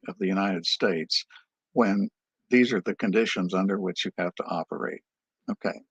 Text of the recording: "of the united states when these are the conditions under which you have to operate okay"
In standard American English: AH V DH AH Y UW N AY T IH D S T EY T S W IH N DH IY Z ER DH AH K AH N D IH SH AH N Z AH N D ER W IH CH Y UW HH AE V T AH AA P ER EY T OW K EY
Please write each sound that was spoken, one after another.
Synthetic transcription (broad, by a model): AH V DH AH Y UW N AY T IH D S T EY T S W IH N DH IY Z ER DH AH K AH N D IH SH AH N Z AH N D ER W IH CH Y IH HH AE F T AH AA P ER EY T OW K EY